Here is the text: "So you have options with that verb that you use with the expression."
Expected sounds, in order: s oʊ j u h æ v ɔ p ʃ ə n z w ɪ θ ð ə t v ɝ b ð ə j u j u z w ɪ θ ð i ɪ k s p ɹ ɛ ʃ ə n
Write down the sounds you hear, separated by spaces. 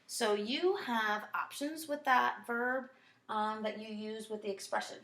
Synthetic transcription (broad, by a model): s oʊ j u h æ v ɔ p ʃ ə n z w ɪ ð ə t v ɝ b ð ə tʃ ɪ j u z w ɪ ð i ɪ k s p ɹ ɛ ʃ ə n